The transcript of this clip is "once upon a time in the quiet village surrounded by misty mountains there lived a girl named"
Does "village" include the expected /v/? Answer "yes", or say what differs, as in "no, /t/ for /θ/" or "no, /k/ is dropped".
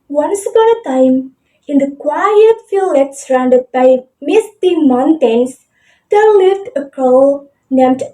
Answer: no, /f/ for /v/